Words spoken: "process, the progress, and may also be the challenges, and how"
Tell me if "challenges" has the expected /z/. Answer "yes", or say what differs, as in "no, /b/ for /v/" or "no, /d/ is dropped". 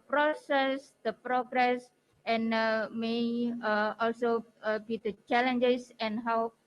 no, /s/ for /z/